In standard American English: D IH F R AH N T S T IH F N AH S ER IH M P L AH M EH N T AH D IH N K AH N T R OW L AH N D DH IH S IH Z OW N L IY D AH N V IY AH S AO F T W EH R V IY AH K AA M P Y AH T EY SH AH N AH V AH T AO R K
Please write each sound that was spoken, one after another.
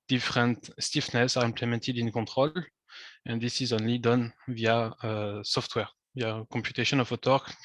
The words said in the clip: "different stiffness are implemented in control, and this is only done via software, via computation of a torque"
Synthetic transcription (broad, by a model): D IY F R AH N T S T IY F N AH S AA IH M P L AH M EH N T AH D IH N K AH T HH OW L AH N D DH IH S IH Z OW N L IY D AH N V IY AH S AO F T W EH R V IY AH K AA M P Y AH T EY SH AH N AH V AH T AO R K